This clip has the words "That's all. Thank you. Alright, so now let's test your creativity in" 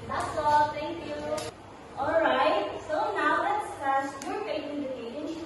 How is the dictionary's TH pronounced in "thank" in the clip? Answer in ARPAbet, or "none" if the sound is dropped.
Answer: T